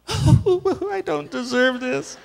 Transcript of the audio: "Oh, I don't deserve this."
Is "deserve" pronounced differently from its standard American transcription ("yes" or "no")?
no